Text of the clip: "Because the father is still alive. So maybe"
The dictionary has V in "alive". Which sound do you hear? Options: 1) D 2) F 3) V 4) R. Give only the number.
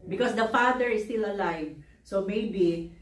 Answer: 3